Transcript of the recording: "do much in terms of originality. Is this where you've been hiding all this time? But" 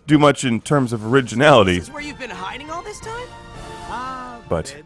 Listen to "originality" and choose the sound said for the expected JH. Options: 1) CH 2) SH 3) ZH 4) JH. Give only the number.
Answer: 4